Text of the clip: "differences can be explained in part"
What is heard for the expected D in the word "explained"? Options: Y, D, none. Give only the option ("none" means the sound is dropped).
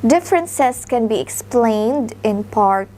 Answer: D